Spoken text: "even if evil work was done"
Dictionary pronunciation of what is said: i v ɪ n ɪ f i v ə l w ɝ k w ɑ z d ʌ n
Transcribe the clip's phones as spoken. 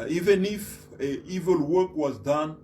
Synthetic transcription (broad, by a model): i v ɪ n ɪ f i v ə l w ɝ k w ɑ z d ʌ n